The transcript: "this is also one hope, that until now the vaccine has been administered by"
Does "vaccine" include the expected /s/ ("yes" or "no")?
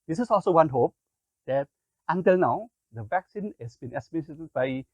yes